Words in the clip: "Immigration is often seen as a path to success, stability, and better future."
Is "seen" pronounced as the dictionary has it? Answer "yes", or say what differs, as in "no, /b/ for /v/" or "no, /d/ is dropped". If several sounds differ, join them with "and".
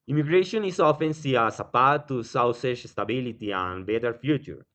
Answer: no, /n/ is dropped